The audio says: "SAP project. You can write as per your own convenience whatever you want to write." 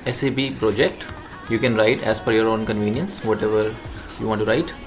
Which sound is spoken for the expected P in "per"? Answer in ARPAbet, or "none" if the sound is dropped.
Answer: F